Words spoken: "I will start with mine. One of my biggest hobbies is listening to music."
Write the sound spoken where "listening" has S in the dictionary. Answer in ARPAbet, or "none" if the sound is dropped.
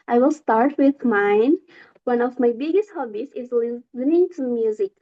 none